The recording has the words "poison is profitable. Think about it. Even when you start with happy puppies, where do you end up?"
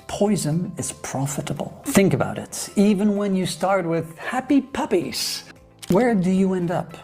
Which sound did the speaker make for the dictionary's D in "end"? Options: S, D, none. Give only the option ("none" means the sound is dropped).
D